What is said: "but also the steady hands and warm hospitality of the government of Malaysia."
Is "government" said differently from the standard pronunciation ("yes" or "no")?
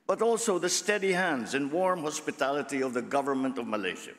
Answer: no